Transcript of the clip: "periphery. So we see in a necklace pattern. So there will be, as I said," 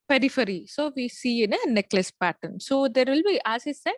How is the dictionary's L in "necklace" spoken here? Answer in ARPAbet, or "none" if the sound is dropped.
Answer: L